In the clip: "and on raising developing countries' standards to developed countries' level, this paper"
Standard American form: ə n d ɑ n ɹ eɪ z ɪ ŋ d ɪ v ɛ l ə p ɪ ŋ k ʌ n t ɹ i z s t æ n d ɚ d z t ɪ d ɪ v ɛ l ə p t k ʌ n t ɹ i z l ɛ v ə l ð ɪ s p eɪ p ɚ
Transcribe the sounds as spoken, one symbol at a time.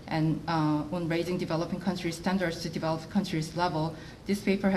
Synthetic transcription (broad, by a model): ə n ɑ n ɹ eɪ z ɪ ŋ d ɪ v ɛ l ə p ɪ ŋ k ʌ n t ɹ i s t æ n d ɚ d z t ɪ d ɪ v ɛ l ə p k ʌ n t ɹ i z l ɛ v ə l ð ɪ s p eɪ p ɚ